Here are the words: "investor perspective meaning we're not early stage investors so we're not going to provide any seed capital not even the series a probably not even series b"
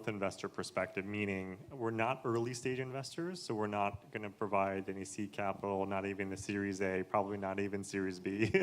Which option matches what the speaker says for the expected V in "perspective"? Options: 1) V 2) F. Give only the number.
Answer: 1